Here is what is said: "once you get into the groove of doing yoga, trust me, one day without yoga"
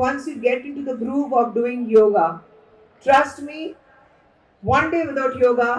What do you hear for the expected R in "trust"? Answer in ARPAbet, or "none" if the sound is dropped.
R